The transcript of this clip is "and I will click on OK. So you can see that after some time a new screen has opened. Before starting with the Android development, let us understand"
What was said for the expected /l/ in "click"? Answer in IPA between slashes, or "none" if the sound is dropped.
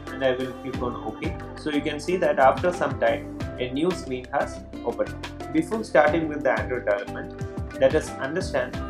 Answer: none